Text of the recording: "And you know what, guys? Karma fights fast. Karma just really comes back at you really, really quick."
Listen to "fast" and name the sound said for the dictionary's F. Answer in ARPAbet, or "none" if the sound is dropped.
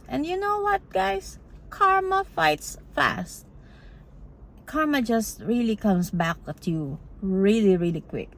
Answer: F